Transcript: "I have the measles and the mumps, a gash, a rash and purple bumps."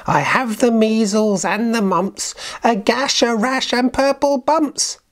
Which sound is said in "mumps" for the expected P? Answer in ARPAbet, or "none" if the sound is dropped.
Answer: P